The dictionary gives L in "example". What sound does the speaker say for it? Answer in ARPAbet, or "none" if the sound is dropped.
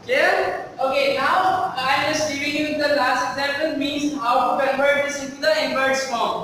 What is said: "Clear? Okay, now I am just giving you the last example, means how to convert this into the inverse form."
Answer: N